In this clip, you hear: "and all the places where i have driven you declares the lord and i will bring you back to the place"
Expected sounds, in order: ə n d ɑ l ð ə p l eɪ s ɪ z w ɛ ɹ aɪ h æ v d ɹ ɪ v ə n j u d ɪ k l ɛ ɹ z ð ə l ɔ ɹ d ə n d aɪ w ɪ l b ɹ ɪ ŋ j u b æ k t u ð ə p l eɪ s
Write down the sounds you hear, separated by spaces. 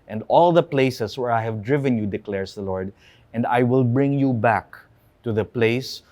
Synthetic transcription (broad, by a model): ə n d ɑ l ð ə p l eɪ s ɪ s w ɛ ɹ aɪ h æ v d ɹ ɪ v ə n j u d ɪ k l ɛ ɹ s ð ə l ɔ ɹ d ə n d aɪ w ɪ l b ɹ ɪ ŋ j u b æ k t u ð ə p l eɪ s